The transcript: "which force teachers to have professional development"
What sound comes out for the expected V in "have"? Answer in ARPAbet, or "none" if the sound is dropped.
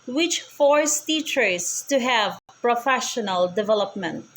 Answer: V